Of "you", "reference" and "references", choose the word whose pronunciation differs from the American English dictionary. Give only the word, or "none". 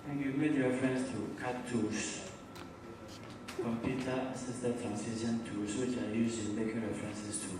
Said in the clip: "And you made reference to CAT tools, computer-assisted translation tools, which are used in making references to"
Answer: references